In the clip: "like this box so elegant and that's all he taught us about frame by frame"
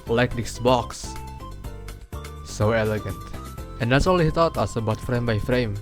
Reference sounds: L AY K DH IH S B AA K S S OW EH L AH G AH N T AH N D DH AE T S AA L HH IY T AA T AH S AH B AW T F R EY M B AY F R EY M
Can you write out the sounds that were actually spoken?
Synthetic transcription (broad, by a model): L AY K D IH S B AA K S S OW EH L AH G AH N T AH N D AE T S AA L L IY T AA T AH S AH B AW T F R EY M B AY F R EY M